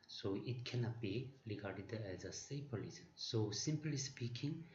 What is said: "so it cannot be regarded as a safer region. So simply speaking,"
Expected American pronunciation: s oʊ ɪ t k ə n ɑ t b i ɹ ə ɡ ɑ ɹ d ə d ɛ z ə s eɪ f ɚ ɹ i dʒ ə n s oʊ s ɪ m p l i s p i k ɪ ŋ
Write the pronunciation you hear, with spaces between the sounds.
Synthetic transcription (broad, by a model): s oʊ ɪ t k ə n ɑ t b i ɹ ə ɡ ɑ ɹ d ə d ɛ z ə s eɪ p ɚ l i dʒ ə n s oʊ s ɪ m p l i s p i k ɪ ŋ